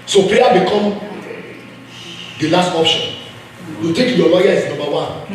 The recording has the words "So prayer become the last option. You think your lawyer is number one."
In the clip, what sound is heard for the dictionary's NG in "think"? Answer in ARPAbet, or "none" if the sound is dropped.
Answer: none